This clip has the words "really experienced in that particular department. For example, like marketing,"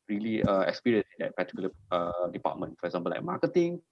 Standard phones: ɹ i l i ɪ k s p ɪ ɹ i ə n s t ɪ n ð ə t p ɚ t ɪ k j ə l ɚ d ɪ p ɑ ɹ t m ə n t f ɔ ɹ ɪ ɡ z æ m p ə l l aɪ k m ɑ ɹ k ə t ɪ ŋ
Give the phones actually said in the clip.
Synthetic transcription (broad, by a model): ɹ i l i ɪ k s p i ɹ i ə n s ɪ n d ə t p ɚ t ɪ k j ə l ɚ d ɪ p ɑ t m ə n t f ɔ ɹ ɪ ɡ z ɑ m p ə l l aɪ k m ɑ k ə t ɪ ŋ